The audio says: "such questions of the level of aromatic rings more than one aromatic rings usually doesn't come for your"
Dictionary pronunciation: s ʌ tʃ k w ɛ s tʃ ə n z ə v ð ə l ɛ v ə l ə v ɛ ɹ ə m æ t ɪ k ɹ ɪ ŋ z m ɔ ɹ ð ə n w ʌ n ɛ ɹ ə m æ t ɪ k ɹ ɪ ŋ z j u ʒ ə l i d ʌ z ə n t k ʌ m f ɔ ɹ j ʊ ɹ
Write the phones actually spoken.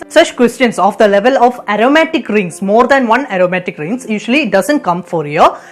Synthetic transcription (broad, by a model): s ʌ tʃ k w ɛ s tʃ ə n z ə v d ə l ɛ v ə l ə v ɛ ɹ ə m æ t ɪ k ɹ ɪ ŋ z m ɔ ɹ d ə n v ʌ n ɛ ɹ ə m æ t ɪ k ɹ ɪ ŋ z j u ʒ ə l i d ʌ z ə n t k ʌ m f ɔ ɹ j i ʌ